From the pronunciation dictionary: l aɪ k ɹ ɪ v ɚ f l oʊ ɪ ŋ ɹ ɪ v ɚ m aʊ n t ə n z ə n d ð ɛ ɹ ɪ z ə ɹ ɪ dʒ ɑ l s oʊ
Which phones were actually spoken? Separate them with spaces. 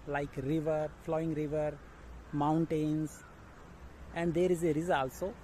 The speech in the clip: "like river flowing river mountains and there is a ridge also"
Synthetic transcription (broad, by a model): l aɪ k ɹ ɪ v ɚ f l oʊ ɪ ŋ ɹ ɪ v ɚ m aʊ n t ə n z ə n d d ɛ ɹ ɪ z ə ɹ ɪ z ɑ l s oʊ